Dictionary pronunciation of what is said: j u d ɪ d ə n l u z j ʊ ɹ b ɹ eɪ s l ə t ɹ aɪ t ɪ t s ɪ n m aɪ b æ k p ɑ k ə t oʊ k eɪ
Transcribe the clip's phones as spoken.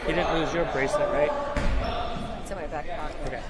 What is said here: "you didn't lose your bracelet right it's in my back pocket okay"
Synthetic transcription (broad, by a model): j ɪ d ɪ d n l u z j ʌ ɹ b ɹ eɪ s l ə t ɹ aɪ ɪ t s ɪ m aɪ b æ k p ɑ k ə ʊ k eɪ